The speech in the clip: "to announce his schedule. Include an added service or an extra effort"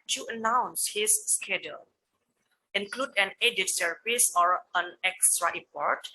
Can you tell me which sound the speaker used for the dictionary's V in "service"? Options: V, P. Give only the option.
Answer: P